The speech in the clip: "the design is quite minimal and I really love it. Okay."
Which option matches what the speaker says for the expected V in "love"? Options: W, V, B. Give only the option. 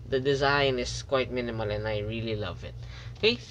V